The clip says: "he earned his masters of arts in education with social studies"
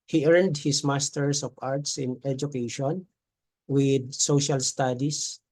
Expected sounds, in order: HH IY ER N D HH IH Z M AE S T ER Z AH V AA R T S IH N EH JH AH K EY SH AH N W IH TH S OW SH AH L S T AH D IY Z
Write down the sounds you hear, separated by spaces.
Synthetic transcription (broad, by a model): HH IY ER N D HH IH S M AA S T ER S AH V AA R T S IH N EH JH AH K EY SH AH N W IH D S OW SH AH L S T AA D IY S